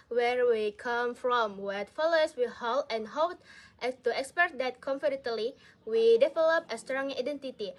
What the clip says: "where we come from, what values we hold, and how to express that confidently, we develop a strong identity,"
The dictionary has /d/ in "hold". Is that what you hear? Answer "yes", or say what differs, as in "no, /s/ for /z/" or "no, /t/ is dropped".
no, /d/ is dropped